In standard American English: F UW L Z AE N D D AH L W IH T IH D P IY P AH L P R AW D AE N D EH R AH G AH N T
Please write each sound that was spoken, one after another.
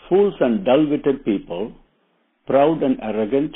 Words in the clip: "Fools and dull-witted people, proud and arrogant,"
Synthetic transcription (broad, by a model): F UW L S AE N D D AH L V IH T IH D P IY P AH L P R AW D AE N D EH R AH G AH N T